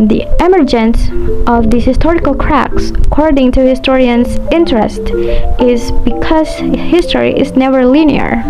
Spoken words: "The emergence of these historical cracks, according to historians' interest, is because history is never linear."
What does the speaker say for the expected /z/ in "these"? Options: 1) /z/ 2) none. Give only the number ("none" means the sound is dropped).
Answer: 2